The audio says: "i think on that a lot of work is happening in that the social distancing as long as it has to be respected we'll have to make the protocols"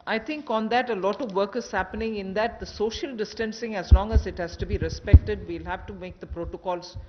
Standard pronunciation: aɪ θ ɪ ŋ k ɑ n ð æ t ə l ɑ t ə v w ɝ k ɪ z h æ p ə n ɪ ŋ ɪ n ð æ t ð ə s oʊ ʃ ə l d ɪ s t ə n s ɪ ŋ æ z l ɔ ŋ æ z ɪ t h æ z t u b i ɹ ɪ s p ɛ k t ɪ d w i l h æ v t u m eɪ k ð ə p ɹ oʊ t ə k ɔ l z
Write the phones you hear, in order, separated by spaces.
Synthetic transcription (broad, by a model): aɪ t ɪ ŋ k ɑ n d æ t ə l ɑ t ə v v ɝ k ɪ z h æ p ə n ɪ ŋ ɪ n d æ t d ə s oʊ ʃ ə l d ɪ s t ə n s ɪ ŋ æ z l ɔ ŋ æ z ɪ t h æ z t u b i ɹ ɪ s p ɛ k t ɪ d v i l h æ v t u m eɪ k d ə p ɹ oʊ t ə k ɔ l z